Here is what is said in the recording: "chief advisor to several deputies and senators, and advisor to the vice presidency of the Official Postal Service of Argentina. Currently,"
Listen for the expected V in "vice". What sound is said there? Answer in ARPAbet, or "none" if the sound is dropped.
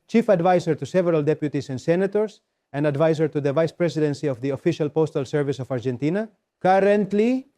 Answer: V